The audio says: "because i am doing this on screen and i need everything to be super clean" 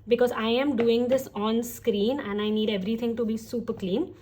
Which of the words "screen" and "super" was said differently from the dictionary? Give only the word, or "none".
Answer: none